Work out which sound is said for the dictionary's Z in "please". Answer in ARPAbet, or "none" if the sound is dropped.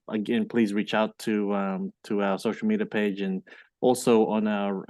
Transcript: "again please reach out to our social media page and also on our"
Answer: Z